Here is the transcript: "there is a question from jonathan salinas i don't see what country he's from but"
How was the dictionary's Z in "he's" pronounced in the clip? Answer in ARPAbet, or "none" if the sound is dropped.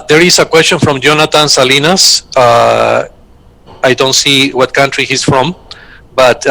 S